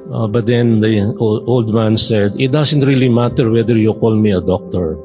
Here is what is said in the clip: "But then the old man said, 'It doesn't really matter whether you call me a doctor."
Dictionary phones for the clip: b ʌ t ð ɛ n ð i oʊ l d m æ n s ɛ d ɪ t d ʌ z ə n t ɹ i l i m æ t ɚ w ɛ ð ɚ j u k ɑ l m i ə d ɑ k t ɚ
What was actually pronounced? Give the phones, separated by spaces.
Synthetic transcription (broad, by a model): b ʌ t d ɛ n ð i oʊ l d m æ n s ɛ d ɪ t d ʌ s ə n t ɹ i l i m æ t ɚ w ɛ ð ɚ j u k ɑ l m i ə d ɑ k t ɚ